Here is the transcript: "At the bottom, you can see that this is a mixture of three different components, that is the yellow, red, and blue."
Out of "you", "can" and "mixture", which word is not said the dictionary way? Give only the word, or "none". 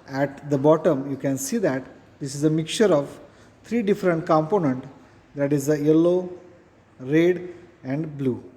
mixture